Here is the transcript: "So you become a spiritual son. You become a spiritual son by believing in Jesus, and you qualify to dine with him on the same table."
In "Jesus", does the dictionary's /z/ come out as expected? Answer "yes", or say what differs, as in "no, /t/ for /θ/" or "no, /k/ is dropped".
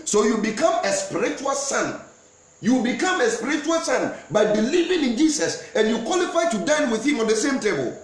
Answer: no, /s/ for /z/